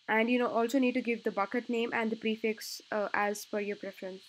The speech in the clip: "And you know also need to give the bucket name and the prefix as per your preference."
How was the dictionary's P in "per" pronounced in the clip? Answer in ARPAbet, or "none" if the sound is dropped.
F